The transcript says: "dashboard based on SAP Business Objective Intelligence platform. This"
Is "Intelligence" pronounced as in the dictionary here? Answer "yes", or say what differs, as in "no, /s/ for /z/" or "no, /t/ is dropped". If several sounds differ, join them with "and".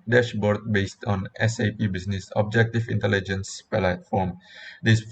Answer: yes